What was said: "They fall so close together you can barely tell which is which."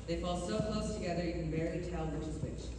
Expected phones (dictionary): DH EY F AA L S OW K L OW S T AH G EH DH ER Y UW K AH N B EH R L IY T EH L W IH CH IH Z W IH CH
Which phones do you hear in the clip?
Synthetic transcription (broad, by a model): DH EY F AA L S OW K L OW S T AH G EH DH ER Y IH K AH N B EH R IY T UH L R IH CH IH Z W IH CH